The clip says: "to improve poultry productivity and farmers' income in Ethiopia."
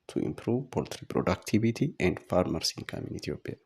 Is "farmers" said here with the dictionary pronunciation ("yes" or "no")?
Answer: no